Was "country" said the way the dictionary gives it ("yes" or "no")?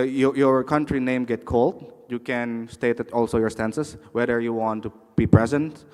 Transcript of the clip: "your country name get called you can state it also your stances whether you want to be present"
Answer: yes